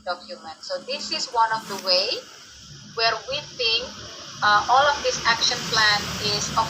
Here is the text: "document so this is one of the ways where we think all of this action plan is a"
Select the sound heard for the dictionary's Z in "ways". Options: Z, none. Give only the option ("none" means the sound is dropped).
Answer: none